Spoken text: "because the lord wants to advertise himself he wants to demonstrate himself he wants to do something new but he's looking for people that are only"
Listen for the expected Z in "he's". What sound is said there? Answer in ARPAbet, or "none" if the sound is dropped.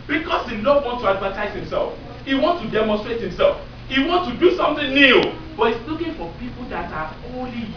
S